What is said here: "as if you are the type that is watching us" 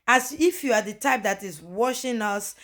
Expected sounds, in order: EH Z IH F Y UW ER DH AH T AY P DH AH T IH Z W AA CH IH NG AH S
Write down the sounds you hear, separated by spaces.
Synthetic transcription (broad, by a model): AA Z IH F Y UW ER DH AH T AY P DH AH T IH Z W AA SH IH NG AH S